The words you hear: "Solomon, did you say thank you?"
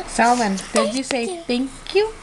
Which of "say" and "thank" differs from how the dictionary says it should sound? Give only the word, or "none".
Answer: thank